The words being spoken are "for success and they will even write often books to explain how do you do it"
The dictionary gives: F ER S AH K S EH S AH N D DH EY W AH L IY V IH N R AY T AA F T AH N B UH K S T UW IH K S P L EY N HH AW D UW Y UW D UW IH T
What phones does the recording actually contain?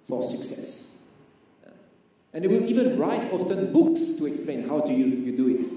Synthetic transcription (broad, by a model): F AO S AH K S EH S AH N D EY W AH L IY V IH N R AY T AA F T AH N B UH K S T UW IH K S P L EY N HH AW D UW Y UW D UW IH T